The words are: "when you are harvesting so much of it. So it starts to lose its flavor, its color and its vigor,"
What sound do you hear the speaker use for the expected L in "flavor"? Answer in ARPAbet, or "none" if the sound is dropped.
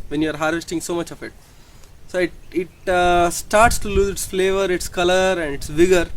L